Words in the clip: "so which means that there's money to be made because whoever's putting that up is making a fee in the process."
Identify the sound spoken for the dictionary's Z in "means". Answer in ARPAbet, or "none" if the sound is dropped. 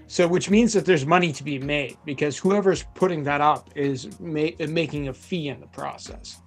Z